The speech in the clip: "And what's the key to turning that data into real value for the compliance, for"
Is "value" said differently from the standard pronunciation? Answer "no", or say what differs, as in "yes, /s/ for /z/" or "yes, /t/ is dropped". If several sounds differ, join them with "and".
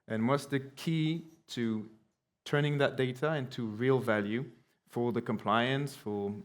no